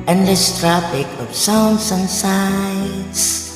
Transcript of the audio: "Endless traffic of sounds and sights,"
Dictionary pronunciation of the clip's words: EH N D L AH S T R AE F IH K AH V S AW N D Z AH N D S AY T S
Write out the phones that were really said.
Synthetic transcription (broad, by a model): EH N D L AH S T R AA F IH K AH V S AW N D S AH N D S AY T S